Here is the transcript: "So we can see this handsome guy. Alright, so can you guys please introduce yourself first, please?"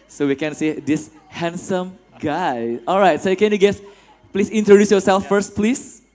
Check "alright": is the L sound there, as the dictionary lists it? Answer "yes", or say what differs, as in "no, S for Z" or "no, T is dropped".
yes